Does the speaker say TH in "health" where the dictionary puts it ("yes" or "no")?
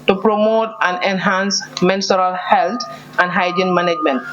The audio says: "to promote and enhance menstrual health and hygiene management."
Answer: no